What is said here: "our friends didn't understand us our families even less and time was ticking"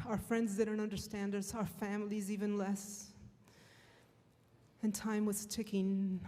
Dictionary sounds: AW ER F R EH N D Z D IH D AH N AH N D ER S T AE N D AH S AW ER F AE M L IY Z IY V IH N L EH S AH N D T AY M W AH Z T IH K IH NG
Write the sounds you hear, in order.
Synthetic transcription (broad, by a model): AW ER F R EH N D Z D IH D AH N AH N D ER S T AE N D AH S AW ER F AE M L IY Z IY V IH N L EH S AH N T AY M W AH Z T IH K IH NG